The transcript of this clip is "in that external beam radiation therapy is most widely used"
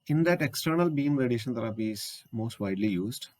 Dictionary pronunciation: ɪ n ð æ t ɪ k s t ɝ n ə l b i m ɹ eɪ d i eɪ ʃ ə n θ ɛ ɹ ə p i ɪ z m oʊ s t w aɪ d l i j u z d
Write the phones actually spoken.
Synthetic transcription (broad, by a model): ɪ n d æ t ɪ k s t ɝ n ə l b i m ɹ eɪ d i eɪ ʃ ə n t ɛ ɹ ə p i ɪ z m oʊ s t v aɪ d l i j u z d